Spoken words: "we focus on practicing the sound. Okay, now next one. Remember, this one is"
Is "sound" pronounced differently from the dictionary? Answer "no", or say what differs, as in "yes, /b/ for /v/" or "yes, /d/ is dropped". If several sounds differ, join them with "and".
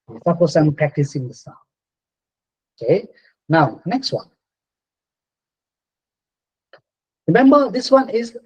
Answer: yes, /d/ is dropped